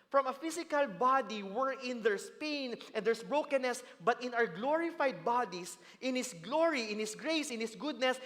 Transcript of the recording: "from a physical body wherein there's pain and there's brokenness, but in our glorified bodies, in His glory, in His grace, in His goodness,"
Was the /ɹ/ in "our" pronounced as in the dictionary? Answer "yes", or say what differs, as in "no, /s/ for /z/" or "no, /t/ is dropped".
no, /w/ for /ɹ/